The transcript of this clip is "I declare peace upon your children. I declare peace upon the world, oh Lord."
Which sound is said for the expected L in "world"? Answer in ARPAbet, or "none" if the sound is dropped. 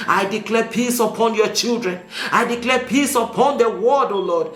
none